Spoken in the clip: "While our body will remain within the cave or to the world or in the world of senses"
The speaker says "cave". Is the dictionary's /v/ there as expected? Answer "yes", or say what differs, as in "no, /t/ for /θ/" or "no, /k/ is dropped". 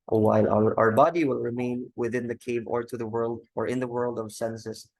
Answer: yes